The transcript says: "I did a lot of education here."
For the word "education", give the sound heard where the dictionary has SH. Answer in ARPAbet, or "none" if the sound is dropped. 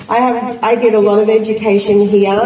SH